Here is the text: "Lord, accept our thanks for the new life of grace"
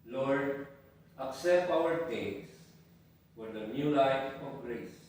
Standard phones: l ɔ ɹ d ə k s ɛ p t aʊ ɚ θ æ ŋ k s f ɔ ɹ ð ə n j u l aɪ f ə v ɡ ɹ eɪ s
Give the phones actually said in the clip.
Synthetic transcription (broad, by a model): l ɔ ɹ d ə k s ɛ p t aʊ ɚ t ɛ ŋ s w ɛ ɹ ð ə n j u l aɪ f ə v ɡ ɹ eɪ s